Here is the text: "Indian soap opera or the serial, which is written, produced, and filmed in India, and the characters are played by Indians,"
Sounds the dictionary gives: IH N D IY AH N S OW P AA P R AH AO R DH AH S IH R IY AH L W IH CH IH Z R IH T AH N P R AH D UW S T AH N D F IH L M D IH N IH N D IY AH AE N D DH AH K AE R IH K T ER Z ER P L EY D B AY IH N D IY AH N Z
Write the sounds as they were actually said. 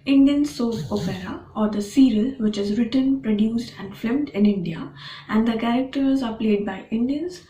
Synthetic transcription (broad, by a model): IH N D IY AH N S OW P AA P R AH AO R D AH S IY R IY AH L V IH CH IH Z R IH T AH N P R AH D UW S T AH N D F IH M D IH N IH N D IY AH AE N D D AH K AE R IH K T ER Z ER P L EY D B AY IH N D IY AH N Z